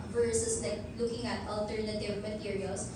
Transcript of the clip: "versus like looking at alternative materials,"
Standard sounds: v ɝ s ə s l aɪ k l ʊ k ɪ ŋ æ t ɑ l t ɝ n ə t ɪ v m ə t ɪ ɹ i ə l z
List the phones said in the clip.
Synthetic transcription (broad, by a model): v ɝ s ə s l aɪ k l ʊ k ɪ ŋ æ t ɑ l t ɝ n ə t ɪ v m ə t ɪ ɹ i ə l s